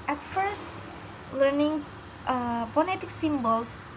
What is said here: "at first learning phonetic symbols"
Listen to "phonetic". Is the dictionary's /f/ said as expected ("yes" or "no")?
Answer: no